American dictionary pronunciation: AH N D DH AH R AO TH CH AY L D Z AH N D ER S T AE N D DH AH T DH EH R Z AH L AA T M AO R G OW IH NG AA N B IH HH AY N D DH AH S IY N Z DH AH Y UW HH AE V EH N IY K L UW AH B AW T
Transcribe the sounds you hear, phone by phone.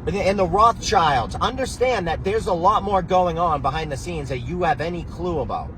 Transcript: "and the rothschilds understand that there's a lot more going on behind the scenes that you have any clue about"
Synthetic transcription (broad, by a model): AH N DH AH R AO TH CH AY L D Z AH N D ER S T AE N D DH AH T DH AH R Z AH L AA T M AO R G OW IH NG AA N B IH HH AY N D DH AH S IY N Z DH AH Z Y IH V EH N IY K L UW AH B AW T